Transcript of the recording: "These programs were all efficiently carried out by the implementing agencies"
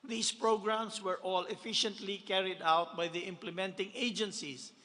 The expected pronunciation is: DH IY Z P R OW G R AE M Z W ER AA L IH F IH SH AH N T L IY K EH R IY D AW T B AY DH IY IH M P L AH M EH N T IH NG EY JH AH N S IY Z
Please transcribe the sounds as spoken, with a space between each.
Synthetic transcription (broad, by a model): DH IY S P R OW G R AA M S W ER AA L IH F IH SH AH N T L IY K EH R IY D AW T B AY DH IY IH M P L AH M EH N T IH NG EY JH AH N S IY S